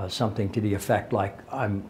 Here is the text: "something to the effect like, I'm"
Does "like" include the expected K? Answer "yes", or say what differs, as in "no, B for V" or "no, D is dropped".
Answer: yes